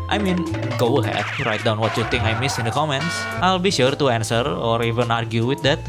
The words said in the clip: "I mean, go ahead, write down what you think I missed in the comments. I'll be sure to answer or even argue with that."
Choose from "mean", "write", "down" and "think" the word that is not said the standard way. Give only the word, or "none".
think